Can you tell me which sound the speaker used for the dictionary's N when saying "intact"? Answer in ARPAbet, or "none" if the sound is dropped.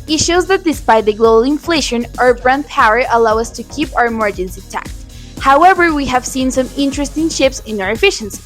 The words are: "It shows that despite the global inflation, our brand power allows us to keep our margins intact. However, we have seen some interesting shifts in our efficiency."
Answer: none